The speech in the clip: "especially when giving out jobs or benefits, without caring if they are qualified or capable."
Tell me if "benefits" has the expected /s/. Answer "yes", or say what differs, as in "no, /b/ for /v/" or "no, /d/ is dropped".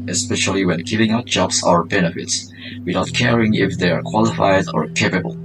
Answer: yes